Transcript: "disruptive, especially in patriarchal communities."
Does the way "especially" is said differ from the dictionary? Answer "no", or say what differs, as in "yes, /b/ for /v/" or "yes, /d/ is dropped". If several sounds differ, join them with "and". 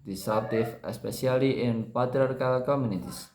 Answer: yes, /s/ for /ʃ/